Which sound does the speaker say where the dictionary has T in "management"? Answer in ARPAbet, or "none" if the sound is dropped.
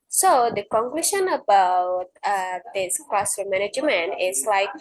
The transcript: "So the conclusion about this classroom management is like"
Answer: none